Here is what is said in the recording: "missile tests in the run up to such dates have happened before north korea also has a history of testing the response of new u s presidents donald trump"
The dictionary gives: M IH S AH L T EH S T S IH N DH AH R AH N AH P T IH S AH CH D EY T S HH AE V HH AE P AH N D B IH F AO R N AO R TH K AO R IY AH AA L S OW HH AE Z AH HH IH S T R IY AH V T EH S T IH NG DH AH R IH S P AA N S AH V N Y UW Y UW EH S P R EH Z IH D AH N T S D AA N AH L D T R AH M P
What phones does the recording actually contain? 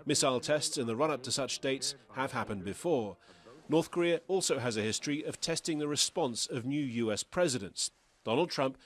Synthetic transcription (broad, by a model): M IH S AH L T EH S T S IH N DH AH R AH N AH P T IH S AH CH D EY T S HH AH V HH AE P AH N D B IH F AO R N AO R TH K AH R IY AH AA L S OW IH Z AH HH IH S T R IY AH V T EH S T IH NG DH AH R IH S P AA N S AH V N Y UW Y UW EH S P R EH Z IH D AH N T S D AA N L D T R AH M P